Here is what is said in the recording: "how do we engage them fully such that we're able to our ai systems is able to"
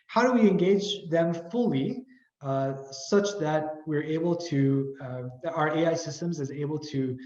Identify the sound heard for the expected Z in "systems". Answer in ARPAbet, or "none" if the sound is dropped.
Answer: Z